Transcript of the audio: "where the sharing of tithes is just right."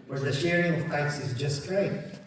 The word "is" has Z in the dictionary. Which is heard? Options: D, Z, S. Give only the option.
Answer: Z